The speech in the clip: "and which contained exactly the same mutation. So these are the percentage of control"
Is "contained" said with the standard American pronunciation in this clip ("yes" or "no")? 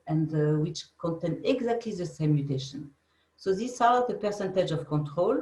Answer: no